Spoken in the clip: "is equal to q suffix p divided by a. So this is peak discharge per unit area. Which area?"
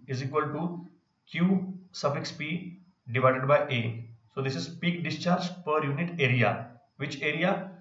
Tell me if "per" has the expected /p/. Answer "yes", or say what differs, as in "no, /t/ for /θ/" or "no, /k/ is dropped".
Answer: yes